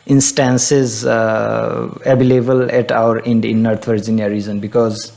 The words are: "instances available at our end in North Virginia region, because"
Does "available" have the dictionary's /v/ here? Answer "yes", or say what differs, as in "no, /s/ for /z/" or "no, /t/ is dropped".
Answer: no, /b/ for /v/